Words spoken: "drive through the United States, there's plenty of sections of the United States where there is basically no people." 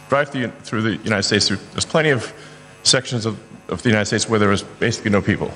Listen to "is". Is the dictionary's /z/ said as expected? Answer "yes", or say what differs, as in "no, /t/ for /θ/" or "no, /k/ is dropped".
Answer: yes